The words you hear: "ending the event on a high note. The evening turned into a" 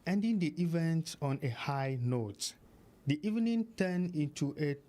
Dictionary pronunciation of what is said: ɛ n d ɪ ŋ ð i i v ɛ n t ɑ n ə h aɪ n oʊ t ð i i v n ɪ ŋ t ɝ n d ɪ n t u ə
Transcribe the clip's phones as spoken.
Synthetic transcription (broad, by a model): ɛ n d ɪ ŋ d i i v ɛ n t ɑ n ə h aɪ n oʊ t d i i v n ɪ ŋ t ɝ n ɪ n t u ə